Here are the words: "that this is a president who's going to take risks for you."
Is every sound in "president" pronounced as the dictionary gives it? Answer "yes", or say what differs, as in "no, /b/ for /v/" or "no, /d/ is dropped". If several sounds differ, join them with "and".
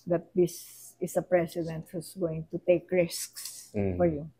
no, /s/ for /z/